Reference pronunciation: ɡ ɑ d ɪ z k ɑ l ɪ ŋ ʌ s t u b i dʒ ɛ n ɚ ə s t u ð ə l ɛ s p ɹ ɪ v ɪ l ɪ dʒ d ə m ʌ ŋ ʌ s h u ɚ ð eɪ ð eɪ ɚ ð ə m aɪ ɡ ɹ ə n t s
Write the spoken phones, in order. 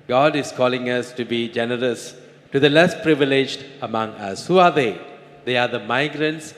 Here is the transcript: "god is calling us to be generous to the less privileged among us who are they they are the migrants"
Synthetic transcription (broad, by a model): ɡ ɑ d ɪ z k ɑ l ɪ ŋ ʌ s t u b i dʒ ɛ n ɚ ə s t u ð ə l ɛ s p ɹ ɪ v ɪ l ɪ dʒ d ə m ʌ ŋ ʌ s h u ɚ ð eɪ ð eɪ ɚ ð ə m aɪ ɡ ɹ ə n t s